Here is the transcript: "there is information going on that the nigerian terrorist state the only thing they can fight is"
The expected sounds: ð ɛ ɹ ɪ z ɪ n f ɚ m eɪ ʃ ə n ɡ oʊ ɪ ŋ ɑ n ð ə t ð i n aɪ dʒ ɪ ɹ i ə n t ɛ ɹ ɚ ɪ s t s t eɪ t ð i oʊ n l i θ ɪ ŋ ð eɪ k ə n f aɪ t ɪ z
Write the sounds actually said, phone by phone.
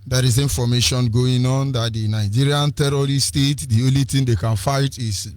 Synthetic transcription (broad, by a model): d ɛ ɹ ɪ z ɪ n f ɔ m eɪ ʃ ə n ɡ oʊ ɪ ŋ ɑ n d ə t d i n aɪ dʒ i ɹ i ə n t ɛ ɹ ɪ t s t eɪ t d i oʊ n l i t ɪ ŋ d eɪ k ə n f aɪ t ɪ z